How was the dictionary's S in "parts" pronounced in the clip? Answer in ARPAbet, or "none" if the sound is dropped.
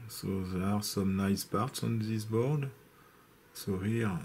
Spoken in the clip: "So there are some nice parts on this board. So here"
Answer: S